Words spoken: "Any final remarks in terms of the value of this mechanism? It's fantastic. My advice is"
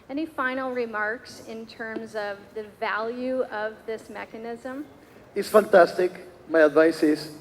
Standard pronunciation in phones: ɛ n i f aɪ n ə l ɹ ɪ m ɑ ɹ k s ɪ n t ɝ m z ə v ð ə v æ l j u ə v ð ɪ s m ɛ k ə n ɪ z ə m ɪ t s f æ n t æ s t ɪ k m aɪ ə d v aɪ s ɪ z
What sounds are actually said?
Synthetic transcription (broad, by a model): ɛ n i f aɪ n l ɹ ɪ m ɑ ɹ k s ɪ n t ɝ m z ə v ð ə v æ l j u ə v ð ɪ s m ɛ k ə n ɪ z ə m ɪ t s f æ n t æ s t ɪ k m aɪ ə d v aɪ s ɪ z